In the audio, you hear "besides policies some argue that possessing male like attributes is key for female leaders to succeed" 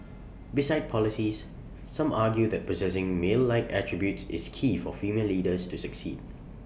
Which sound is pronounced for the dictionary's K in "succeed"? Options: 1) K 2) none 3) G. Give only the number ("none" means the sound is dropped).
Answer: 1